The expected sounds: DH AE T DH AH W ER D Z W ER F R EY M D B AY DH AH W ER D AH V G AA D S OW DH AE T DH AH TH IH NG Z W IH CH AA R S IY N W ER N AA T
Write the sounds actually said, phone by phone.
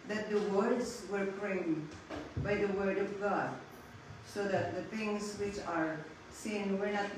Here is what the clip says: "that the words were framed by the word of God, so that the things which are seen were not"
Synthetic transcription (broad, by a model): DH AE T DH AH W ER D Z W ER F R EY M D B AY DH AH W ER D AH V G AA D S OW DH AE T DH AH T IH NG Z W IH CH AA R S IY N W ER N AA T